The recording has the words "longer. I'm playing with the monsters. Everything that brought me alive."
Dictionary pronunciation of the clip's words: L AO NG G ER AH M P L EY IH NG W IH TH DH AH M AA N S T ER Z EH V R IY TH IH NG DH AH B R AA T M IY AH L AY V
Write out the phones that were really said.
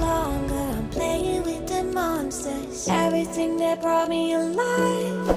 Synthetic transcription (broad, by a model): L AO NG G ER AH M P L EY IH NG W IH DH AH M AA N S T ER EH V R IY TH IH NG DH AH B R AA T M IY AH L AY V